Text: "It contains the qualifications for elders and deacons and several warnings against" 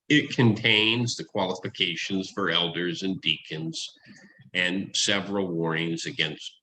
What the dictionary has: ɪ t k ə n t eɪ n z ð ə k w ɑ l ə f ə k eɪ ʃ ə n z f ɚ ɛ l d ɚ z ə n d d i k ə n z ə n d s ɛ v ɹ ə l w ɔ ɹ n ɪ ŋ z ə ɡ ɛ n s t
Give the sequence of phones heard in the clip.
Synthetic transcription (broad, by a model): ɪ t k ə n t eɪ n z ð ə k w ɑ l ə f ə k eɪ ʃ ə n z f ɚ ɛ l d ɚ z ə n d d i k ə n z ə n s ɛ v ɹ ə l w ɔ ɹ ɪ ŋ z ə ɡ ɛ n s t